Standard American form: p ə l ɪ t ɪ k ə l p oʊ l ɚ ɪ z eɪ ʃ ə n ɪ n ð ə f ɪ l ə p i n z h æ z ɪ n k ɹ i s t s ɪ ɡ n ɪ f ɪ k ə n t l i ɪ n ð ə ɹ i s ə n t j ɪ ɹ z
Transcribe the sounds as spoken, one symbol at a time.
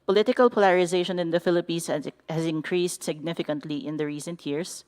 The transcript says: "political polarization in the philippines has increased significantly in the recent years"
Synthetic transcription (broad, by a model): p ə l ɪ t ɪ k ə l p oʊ l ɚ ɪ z eɪ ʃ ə n ɪ n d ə f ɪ l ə p i n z h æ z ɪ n k ɹ i s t s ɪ ɡ n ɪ f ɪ k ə n t l i ɪ n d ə ɹ i s ə n t j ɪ ɹ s